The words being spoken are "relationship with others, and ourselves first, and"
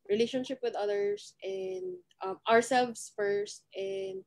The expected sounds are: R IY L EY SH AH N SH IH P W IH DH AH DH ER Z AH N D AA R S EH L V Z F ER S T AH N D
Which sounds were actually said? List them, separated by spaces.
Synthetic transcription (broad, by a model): R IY L EY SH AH N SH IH P W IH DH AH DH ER S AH N D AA R S EH L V S F ER S T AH N D